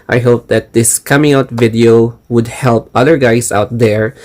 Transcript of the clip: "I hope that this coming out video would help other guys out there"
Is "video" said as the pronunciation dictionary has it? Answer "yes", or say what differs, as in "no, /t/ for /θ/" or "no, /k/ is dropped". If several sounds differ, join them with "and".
yes